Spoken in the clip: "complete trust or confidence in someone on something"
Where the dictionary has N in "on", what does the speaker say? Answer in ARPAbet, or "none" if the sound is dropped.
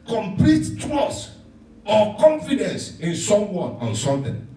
N